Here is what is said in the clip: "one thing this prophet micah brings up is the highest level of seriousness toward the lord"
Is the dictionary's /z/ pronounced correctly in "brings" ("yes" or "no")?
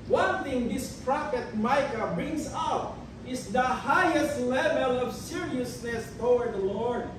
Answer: no